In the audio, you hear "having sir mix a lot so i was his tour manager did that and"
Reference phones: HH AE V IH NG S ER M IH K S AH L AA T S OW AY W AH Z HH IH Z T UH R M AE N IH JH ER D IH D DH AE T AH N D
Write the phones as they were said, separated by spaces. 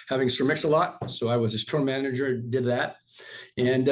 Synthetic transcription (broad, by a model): HH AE V IH NG S ER M IH K S AH L AA T S OW AY W AH Z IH S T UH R M AE N IH JH ER D IH D DH AE T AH N